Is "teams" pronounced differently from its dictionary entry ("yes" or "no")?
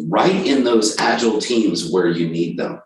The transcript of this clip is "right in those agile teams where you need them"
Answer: no